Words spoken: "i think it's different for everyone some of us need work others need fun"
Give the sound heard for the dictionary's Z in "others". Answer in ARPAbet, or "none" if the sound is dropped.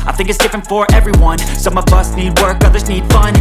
Z